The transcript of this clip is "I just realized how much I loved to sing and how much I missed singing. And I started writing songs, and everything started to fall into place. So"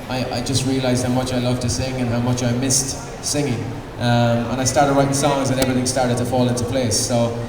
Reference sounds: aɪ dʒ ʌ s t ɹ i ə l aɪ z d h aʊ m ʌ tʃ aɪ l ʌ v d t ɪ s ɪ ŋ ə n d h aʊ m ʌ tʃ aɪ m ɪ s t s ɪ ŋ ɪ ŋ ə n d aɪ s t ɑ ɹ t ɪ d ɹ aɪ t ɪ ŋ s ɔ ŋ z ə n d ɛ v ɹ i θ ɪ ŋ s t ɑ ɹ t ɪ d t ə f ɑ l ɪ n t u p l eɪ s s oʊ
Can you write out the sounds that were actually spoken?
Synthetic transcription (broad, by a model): aɪ dʒ ʌ s t ɹ i ə l aɪ z d h aʊ m ʌ tʃ aɪ l ʌ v t ɪ s ɪ ŋ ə n h aʊ m ʌ tʃ aɪ m ɪ s t s ɪ ŋ ɪ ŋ ə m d aɪ s t ɑ ɹ t ɪ d ɹ aɪ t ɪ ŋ s ɔ ŋ z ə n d ɛ v ɹ i θ ɪ ŋ s t ɑ ɹ t ɪ d t ə f ɑ l ɪ n t u p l eɪ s s oʊ